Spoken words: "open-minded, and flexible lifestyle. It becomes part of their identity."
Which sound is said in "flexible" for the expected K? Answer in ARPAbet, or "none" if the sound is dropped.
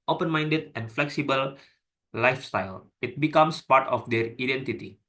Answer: K